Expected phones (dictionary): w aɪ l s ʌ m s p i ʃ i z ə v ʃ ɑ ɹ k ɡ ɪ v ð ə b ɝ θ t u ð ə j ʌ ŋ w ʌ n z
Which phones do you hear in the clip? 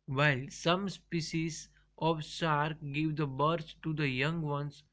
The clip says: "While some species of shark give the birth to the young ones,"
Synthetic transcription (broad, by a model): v aɪ l s ʌ m s p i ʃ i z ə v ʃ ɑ ɹ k ɡ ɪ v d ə b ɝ s t u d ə j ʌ ŋ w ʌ n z